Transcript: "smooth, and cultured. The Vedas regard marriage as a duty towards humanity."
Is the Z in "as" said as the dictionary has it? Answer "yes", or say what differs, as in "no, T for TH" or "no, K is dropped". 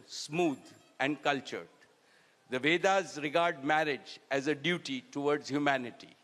yes